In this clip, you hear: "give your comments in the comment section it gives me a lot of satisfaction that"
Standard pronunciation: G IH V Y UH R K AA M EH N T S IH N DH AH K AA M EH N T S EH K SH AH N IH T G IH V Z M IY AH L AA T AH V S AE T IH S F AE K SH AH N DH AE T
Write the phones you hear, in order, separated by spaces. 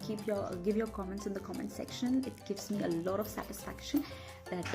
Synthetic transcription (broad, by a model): G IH V Y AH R K AA M EH N T S IH N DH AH K AA M EH N T S EH K SH AH N IH T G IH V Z M IY AH L AA T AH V S AE T IH S F AE K SH AH N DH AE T